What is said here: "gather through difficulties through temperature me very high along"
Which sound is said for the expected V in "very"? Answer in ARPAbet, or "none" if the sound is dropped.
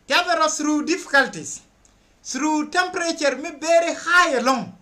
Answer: B